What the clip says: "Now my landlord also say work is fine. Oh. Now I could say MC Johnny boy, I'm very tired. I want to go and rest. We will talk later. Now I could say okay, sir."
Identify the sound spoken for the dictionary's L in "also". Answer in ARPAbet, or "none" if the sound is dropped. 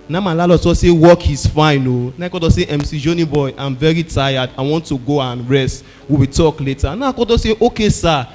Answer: none